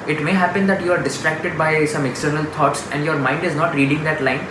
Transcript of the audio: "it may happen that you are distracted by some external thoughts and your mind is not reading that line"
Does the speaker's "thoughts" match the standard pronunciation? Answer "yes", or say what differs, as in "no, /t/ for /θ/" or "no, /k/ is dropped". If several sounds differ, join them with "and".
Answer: no, /t/ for /θ/